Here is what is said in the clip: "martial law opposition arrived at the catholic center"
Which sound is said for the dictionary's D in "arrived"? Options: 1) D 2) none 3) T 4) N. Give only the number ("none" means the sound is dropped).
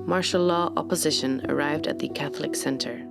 1